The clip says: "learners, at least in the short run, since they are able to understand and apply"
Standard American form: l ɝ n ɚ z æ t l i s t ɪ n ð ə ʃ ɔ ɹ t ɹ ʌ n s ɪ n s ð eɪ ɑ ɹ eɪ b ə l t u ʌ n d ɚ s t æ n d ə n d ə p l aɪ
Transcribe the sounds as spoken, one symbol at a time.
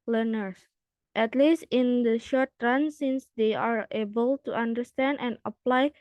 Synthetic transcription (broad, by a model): l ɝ n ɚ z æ t l i s t ɪ n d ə ʃ ɔ ɹ t ɹ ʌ n s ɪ n s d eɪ ɑ ɹ eɪ b ə l t u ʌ n d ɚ s t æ n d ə n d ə p l aɪ